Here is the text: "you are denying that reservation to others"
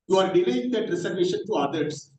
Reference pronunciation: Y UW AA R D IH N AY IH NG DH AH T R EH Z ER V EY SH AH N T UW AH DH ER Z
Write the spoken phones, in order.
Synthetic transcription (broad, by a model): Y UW AA R D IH L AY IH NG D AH T R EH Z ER V EY SH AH N T UW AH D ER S